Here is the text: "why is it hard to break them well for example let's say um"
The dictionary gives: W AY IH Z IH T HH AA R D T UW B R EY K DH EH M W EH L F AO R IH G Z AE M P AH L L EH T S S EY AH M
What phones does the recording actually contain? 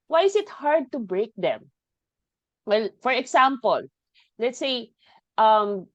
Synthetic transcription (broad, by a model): W AY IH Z IH T HH AA R D T UW B R EY K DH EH M W EH L F AO R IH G S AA M P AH L L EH T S S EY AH M